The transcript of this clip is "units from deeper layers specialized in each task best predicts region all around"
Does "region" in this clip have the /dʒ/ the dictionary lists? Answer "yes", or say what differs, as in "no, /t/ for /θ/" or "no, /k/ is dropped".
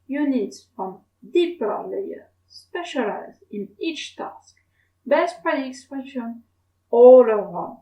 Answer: no, /ʃ/ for /dʒ/